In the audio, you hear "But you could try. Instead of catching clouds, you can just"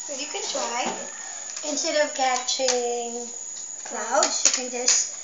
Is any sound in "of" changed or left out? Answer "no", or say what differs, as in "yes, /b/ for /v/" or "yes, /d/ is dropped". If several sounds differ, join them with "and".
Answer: no